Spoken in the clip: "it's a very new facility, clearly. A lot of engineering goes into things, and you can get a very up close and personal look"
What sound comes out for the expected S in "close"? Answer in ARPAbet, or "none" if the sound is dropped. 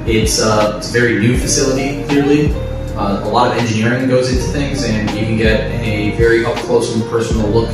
none